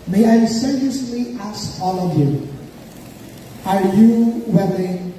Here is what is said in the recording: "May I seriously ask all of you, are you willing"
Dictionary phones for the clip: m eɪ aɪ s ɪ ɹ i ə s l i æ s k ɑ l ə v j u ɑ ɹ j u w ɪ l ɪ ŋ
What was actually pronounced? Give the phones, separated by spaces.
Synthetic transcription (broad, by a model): m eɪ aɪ s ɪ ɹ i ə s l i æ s ɑ l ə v j u ɑ ɹ j u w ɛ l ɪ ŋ